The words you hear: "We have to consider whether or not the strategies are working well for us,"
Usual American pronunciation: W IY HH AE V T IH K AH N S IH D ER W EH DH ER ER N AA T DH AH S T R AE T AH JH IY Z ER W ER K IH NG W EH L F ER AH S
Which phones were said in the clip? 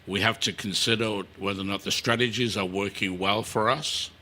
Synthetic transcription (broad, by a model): W IY HH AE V T IH K N S IH D ER W EH DH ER ER N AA T DH AH S T R AE T AH JH IY Z ER W ER K IH NG W EH L F ER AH S